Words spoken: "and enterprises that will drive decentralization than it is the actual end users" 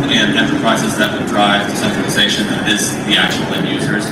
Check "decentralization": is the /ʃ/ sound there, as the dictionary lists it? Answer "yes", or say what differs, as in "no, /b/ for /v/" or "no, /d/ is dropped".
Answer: no, /ʃ/ is dropped